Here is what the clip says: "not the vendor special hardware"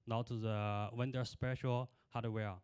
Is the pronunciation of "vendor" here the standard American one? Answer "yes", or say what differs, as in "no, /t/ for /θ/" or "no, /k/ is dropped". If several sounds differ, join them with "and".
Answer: no, /w/ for /v/